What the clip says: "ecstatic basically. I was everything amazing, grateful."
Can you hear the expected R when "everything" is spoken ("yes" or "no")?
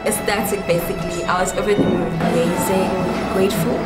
no